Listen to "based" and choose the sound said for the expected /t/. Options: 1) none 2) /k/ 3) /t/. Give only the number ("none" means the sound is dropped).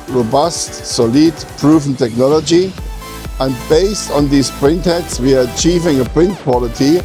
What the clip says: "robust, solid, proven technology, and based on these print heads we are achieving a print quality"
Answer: 3